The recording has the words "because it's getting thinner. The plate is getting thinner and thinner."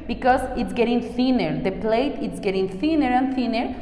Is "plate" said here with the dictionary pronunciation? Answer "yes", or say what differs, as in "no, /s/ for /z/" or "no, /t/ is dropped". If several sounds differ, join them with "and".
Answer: yes